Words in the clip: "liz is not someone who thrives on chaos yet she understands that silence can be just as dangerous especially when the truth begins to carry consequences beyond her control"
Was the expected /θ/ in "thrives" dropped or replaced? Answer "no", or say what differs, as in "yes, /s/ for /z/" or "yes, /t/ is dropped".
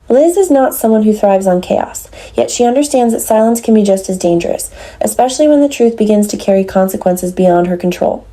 no